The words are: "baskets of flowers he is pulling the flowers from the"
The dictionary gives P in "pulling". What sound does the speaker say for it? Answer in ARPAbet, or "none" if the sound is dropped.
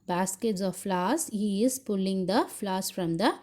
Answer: P